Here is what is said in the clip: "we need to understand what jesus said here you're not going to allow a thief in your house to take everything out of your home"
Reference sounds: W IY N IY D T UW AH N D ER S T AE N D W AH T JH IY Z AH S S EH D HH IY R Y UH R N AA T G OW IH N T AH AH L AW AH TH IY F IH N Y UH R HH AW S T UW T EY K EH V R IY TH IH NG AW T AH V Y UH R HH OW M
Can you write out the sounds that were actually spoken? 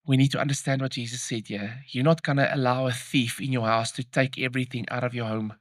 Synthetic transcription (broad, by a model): W IY N IY D T UW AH N D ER S T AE N D W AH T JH IY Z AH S S EH D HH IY Y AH N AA T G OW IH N T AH AH L AW AH TH IY F IH N Y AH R HH AW S T UW T EY K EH V R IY TH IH NG AW T AH V Y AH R HH OW M